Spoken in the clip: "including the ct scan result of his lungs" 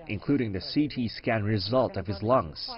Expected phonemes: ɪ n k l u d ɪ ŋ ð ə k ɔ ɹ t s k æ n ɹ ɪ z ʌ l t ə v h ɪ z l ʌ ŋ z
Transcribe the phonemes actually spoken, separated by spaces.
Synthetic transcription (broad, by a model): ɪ n k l u d ɪ ŋ ð ə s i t s k æ n ɹ ɪ z ʌ l t ə v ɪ z l ʌ ŋ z